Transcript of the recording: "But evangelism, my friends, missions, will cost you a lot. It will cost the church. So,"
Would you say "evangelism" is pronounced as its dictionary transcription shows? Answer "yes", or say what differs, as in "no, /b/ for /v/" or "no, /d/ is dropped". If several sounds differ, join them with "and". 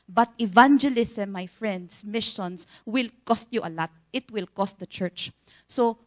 no, /s/ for /z/